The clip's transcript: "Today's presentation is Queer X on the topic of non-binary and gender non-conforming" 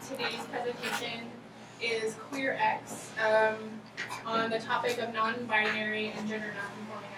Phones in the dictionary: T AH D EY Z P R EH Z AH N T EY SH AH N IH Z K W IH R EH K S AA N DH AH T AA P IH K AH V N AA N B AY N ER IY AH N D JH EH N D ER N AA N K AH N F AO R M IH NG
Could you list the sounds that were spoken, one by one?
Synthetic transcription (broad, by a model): T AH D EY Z P R EH Z AH N T EY SH AH N IH Z K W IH R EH K S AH N DH AH T AA P IH K AH V N AA N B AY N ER IY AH N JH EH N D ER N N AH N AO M